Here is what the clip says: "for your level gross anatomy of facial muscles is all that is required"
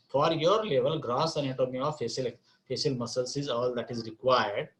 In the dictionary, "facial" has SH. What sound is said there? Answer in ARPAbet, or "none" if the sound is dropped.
S